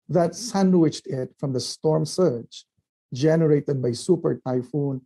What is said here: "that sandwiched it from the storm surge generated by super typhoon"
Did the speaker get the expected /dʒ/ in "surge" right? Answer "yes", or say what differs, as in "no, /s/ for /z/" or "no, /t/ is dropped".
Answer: no, /tʃ/ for /dʒ/